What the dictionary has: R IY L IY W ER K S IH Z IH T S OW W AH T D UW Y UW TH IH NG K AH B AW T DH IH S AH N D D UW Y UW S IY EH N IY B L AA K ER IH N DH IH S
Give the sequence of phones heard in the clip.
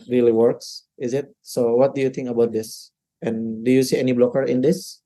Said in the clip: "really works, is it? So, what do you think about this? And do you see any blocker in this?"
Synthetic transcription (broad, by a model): R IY L IY W ER K S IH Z IH T S OW W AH T D UW Y UW T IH NG K AH B AW T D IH S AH N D D UW Y UW S IY EH N IY B L AA K ER IH N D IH S